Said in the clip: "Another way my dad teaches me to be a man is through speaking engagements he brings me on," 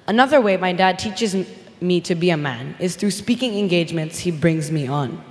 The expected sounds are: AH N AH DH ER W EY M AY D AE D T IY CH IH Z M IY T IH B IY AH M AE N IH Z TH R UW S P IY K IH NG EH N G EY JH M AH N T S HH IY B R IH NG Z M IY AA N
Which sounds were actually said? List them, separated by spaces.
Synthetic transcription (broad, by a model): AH N AH DH ER W EY M AY D AE D T IY CH IH Z M IY T IH B IY AH M AE N IH Z TH R UW S P IY K IH NG EH N G EY JH M AH N T S HH IY B R IH NG Z M IY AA N